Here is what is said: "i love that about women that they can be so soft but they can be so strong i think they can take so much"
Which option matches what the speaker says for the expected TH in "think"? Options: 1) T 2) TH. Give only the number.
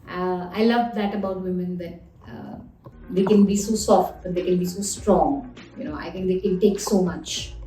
1